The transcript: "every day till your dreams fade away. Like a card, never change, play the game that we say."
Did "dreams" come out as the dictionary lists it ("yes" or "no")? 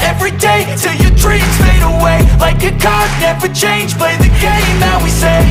no